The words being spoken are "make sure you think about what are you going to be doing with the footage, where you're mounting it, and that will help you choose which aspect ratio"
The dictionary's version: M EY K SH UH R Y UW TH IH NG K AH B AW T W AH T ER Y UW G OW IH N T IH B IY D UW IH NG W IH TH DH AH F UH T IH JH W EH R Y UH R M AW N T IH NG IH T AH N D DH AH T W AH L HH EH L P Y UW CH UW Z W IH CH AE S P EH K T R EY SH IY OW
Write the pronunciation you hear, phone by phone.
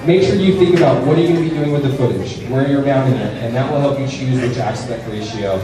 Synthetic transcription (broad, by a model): M EY K SH UH R Y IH TH IH NG K AH B AW T W AH T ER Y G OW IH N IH B IY D UW IH NG W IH DH AH F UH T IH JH W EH R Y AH R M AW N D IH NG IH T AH N DH AH T W AH L HH EH L P Y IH CH UW Z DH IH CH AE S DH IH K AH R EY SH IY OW